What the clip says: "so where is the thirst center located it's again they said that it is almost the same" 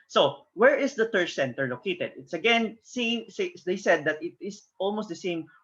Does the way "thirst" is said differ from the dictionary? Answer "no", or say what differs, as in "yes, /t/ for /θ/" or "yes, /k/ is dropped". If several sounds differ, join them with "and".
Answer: yes, /t/ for /θ/